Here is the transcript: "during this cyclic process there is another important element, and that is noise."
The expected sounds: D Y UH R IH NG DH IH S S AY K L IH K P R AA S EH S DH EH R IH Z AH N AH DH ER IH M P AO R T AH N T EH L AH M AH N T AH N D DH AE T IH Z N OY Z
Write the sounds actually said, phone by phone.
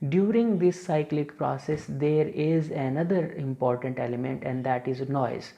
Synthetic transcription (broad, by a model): D Y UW R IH NG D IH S S AY K L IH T P R AA S EH S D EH R IH Z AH N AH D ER IH M P AO R T AH N T EH L AH M AH N T AH N D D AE T IH Z N OY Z